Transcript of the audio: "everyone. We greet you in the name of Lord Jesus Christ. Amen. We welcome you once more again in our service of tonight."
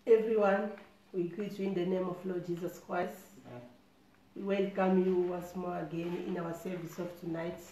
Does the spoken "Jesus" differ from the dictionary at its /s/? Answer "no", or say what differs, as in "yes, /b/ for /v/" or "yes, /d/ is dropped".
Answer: no